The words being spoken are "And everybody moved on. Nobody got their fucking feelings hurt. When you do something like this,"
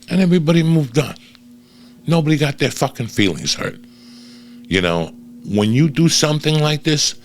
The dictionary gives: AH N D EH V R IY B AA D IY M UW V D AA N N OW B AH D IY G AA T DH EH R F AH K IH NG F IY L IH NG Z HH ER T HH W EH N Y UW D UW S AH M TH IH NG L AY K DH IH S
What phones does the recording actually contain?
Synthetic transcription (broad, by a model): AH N EH V R IY B AA D IY M UW V D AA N N OW B AH D IY G AA T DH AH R F AH K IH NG F IY L IH NG Z HH ER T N W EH N Y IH D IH S AH M TH IH NG L AY K DH IH S